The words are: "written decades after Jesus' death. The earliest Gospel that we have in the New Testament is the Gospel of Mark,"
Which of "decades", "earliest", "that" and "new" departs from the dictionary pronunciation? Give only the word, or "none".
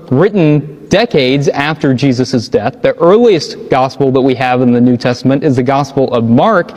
none